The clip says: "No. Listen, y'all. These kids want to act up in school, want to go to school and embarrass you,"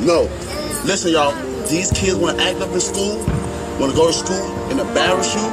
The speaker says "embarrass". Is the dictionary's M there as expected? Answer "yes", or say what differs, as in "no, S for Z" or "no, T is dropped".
no, M is dropped